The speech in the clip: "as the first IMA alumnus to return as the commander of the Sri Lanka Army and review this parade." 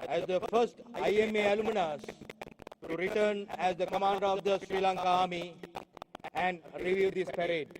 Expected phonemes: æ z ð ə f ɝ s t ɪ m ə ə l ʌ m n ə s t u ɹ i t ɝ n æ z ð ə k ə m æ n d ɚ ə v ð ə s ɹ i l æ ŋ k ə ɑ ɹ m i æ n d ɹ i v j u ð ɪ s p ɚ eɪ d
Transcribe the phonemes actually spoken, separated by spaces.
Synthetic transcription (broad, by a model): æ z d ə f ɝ s t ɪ m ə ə l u m n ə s t u ɹ i t ɝ n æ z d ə k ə m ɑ n d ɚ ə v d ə s ɹ i l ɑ ŋ k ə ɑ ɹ m i æ n d ɹ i v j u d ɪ s p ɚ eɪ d